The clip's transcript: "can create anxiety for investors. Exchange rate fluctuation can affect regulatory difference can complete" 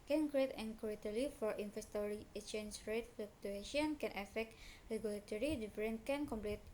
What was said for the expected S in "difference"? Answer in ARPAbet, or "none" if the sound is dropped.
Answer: none